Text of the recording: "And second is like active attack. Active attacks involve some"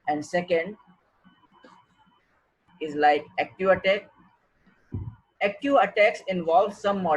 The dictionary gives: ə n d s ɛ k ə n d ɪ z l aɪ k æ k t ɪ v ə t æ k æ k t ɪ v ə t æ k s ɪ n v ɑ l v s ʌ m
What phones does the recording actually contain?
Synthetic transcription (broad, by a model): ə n d s ɛ k ə n d ɪ z l aɪ k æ k t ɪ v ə t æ k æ k t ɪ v ə t æ k s ɪ n v ɑ l v s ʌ m